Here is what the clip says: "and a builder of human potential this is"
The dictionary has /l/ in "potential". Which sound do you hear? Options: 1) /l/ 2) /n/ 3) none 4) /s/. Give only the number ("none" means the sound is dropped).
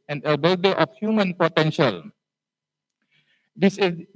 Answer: 1